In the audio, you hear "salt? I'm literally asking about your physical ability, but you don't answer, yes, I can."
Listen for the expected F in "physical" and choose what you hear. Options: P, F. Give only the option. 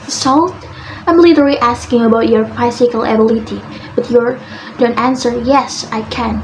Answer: P